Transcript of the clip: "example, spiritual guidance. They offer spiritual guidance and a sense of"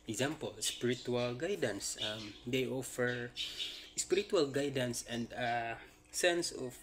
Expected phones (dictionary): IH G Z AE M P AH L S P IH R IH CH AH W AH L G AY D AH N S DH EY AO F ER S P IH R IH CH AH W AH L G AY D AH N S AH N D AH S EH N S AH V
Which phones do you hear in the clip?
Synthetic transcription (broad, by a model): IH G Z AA M P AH L S P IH R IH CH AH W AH L G AY D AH N S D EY AO F ER S P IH R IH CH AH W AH L G AY D AH N S AH N D AH S EH N S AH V